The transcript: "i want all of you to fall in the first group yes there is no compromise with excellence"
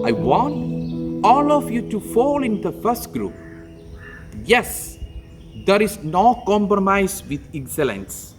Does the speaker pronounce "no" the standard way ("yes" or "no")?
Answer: yes